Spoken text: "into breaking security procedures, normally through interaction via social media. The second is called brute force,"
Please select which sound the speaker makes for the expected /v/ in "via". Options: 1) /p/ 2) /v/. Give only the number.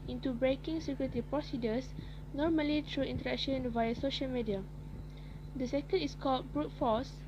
2